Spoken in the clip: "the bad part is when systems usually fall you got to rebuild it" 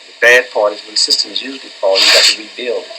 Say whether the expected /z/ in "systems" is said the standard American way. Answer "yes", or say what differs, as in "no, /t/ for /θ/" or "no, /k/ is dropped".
yes